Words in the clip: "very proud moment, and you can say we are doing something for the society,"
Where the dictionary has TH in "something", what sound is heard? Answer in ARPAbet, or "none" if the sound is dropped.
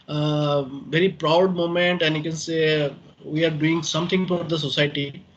T